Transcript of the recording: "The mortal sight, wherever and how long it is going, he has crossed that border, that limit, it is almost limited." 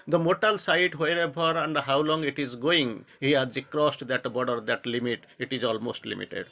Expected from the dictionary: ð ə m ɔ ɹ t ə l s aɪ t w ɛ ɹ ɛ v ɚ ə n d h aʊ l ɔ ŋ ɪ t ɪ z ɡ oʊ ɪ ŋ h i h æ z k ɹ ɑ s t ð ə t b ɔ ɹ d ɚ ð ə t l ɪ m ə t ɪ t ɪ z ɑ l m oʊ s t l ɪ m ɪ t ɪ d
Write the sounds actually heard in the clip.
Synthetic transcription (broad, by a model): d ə m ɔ t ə l s aɪ t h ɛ ɹ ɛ b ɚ ə n d h aʊ l ɔ ŋ ɪ t ɪ z ɡ oʊ ɪ ŋ h i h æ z k ɹ ɑ s t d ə t b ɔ d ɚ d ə t l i m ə t ɪ t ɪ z ɑ l m oʊ s t l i m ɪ t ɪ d